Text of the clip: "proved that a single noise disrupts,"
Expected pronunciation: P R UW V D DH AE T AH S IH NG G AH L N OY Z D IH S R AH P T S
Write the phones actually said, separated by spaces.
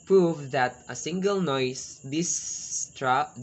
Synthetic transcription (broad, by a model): P R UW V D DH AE T AH S IH NG G AH L N OY S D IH S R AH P